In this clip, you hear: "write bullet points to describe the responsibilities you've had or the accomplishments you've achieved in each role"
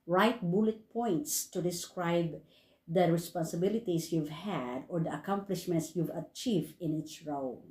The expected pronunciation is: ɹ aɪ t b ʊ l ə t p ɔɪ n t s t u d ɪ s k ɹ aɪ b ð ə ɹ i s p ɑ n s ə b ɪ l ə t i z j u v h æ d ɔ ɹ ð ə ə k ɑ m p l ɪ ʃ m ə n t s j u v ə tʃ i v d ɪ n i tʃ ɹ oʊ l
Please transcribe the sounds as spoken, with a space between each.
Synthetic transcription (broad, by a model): ɹ aɪ t b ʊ l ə t p ɔɪ n t s t u d ɪ s k ɹ aɪ b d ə ɹ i s p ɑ n s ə b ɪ l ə t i s j u v h æ d ɔ ɹ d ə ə k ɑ m p l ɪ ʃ m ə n t s j u v ə tʃ i v d ɪ n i s ɹ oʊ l